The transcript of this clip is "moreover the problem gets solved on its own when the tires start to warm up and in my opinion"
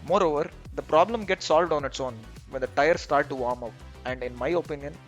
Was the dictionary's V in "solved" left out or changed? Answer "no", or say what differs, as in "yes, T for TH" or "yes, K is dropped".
no